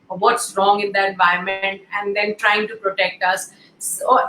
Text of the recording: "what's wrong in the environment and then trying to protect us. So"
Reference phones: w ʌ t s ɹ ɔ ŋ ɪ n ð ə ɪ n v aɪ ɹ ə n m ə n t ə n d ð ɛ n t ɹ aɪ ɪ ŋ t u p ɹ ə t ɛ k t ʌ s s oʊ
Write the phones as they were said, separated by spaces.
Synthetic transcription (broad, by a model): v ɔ t s ɹ ɔ ŋ ɪ n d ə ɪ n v aɪ ə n m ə n t ə n d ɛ n t ɹ aɪ ɪ ŋ t u p ɹ ə t ɛ k t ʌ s s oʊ